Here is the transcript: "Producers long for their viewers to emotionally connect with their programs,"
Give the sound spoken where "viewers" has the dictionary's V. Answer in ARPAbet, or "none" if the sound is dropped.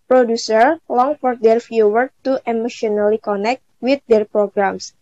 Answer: F